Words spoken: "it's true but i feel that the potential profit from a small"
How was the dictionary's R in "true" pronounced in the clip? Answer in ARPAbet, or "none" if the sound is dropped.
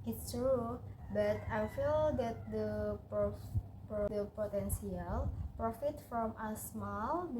R